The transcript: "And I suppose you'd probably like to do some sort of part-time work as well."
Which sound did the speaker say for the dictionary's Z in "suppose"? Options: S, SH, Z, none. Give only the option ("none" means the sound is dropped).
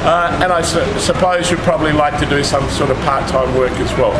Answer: Z